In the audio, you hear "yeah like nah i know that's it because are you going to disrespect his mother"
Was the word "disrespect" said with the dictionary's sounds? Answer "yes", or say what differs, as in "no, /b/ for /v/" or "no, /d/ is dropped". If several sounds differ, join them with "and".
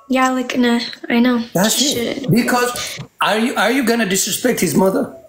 yes